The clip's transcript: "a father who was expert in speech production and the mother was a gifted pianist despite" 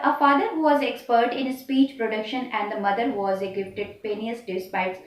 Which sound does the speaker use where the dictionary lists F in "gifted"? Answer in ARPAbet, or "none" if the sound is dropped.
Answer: P